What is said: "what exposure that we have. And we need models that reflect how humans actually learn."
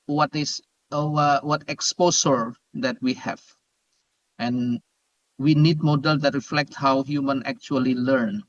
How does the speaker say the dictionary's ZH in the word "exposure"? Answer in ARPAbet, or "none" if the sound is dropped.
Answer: S